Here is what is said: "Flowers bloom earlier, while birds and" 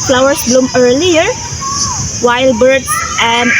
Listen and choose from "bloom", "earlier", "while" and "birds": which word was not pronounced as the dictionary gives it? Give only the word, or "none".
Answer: birds